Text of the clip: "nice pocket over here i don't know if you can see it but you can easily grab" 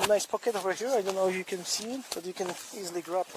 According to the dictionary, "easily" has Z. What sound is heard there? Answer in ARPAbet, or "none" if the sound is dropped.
Z